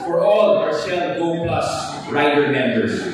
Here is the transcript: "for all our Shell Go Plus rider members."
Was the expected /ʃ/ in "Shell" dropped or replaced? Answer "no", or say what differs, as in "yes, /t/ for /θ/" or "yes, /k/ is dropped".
yes, /s/ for /ʃ/